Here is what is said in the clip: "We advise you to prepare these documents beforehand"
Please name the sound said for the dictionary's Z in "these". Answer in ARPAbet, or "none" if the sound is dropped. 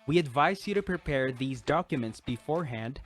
Z